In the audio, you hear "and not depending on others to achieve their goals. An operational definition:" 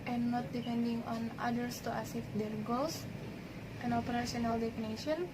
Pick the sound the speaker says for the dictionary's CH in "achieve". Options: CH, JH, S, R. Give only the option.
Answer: S